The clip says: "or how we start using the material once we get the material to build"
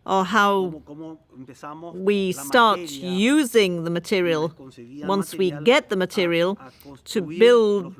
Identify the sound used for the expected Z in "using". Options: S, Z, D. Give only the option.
Z